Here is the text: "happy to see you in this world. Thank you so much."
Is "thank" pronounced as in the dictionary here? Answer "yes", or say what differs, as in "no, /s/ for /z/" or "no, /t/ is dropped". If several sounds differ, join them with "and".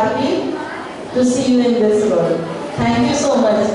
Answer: no, /t/ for /θ/